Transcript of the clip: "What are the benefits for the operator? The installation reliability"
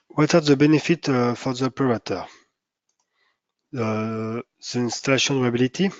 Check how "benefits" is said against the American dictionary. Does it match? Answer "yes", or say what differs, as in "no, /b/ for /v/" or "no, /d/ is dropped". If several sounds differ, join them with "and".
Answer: no, /s/ is dropped